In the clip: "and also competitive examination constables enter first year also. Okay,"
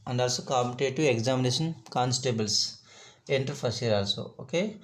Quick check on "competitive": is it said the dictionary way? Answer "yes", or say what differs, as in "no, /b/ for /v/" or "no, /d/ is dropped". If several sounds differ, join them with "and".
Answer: no, /v/ is dropped